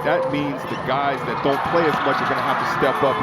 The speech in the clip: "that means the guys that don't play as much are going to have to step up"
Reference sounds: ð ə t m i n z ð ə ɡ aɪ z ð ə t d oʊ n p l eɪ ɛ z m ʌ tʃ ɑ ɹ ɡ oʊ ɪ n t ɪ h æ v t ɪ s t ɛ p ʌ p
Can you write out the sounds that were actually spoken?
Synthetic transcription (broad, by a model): ð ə t m i n z ð ə ɡ aɪ z ð ə t d oʊ n p l eɪ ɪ z m ʌ tʃ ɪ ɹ ɡ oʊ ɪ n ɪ h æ f t ɪ s t ɛ p ʌ p